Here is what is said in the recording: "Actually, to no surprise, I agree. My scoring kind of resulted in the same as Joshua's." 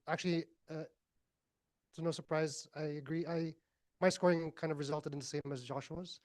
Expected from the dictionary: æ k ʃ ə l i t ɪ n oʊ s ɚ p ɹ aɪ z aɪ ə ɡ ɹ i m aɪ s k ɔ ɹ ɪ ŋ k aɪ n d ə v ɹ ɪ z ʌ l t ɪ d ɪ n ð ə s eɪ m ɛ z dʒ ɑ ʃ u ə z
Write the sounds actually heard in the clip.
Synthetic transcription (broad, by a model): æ k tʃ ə l i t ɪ n oʊ s ɚ p ɹ aɪ z aɪ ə ɡ ɹ i m aɪ s k ɔ ɹ ɪ ŋ k aɪ n d ə v ɹ ɪ z ʌ l t ɪ d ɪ n ð ə s eɪ m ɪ z dʒ ɑ ʃ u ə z